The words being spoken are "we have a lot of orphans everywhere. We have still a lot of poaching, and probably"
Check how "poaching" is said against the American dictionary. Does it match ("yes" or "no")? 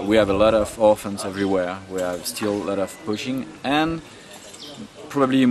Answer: no